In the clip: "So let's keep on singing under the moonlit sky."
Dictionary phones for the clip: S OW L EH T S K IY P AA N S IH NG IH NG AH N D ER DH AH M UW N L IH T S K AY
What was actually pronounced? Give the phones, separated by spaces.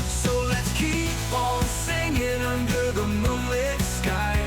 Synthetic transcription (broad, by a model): S OW L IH T S K IY P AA L S IH NG IH NG AH N D ER DH AH M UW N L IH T S K AY